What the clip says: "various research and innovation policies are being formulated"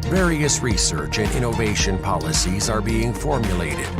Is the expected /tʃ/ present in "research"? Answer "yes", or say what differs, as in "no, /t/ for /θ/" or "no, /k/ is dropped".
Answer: yes